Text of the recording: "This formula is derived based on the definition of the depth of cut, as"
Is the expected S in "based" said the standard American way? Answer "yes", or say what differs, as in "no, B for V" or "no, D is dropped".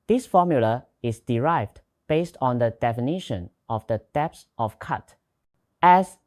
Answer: yes